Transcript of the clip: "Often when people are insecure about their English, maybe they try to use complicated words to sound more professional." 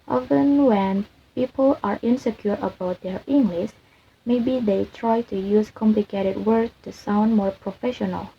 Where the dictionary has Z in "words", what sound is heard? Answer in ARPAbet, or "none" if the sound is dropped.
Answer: none